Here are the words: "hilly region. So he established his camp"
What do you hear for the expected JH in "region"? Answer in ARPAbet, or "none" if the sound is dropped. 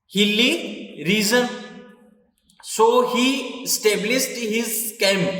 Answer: Z